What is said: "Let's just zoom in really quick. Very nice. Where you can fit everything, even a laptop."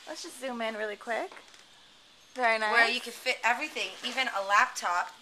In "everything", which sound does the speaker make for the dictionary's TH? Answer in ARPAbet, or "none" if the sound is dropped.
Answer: TH